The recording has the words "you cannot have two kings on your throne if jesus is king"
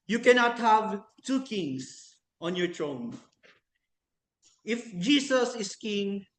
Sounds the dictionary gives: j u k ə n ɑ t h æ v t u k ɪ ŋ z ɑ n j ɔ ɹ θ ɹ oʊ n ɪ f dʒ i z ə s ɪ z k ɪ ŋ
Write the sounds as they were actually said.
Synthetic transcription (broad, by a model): j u k ə n ɑ t h æ v t u k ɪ ŋ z ɑ n j ɔ ɹ t ɹ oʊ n ɪ f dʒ i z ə s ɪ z k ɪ ŋ